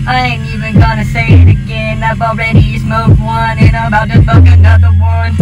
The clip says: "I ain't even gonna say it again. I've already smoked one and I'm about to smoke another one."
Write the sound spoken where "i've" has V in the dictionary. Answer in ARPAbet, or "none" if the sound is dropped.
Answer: B